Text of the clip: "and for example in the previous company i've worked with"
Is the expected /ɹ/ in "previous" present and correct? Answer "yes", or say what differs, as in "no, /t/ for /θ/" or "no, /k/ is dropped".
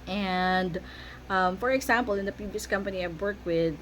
no, /ɹ/ is dropped